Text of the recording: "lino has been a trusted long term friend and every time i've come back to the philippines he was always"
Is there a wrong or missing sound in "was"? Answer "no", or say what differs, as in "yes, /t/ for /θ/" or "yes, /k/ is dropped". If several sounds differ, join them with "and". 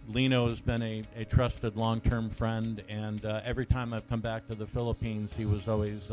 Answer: no